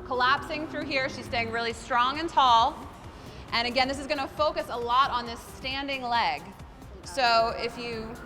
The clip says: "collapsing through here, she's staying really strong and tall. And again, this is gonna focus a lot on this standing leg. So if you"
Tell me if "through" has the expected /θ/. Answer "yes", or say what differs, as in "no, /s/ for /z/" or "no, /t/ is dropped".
yes